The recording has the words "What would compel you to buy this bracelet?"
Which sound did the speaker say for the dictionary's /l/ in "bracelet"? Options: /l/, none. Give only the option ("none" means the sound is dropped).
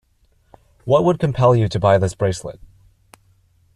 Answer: /l/